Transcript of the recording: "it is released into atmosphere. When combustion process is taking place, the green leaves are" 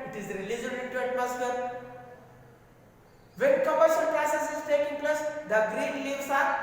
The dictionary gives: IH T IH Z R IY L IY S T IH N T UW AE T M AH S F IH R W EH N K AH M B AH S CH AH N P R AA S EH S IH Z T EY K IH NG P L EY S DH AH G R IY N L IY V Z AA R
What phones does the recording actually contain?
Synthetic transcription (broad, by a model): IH T IH Z R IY L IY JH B IH N T UW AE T M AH S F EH R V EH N K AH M AH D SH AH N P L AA S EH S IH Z T EY K IH NG P L EY S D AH G R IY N L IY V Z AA R